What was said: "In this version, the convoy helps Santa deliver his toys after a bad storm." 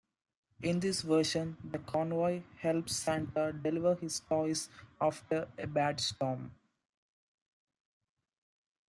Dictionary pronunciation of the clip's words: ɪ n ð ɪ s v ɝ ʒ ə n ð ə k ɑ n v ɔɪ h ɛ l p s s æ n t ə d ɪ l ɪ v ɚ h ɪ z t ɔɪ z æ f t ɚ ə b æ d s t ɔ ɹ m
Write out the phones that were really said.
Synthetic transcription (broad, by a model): ɪ n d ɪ s v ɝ ʃ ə n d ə k ɑ n v ɔɪ h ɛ l p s s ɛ n t ə d ɪ l ɪ v ɚ h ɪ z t ɔɪ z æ f t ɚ ə b æ d s t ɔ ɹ m